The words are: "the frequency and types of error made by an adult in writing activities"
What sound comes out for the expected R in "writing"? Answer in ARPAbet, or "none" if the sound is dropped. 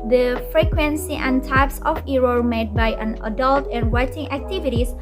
W